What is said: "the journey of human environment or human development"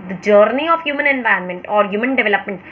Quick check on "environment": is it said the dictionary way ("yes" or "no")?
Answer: no